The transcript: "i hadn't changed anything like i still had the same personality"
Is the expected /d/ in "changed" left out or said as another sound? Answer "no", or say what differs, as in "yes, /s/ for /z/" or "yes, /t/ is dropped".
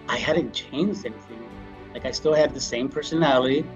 no